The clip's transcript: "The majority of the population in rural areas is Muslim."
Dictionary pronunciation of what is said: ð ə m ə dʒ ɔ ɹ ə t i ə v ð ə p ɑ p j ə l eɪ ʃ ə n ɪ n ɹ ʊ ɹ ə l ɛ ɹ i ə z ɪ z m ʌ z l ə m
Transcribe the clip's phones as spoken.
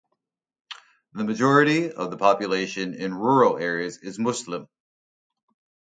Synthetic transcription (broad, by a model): ð ə m ə dʒ ɔ ɹ ə t i ə v ð ə p ɑ p j ə l eɪ ʃ ə n ɪ n ɹ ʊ ɹ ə l ɛ ɹ i ə z ɪ z m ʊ s l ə m